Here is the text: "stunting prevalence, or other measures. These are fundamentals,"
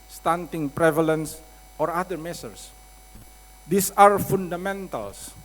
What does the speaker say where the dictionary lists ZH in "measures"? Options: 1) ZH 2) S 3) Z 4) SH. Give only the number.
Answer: 2